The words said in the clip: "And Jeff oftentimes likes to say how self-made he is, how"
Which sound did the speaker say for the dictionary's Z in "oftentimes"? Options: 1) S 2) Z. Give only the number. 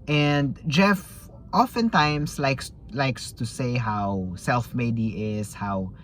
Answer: 1